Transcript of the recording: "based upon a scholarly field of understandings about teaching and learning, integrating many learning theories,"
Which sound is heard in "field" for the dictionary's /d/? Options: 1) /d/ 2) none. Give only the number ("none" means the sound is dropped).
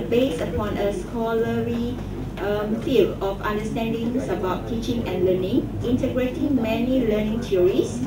2